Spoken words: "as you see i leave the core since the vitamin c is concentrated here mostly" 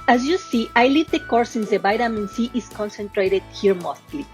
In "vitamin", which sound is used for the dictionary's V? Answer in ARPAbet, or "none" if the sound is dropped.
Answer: B